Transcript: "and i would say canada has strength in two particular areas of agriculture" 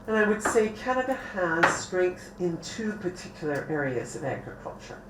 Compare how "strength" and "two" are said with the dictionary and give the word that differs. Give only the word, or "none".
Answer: none